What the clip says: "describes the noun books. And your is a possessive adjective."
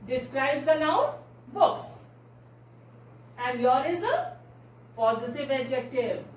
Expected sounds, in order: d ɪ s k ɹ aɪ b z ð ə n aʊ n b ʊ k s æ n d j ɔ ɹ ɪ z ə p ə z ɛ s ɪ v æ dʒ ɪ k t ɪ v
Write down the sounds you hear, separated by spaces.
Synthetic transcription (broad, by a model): d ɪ s k ɹ aɪ b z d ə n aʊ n b ʊ k s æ n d j ɔ ɹ ɪ z ə p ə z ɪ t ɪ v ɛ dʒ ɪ k t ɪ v